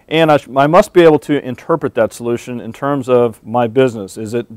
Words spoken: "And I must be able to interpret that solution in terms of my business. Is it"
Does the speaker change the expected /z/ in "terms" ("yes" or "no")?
no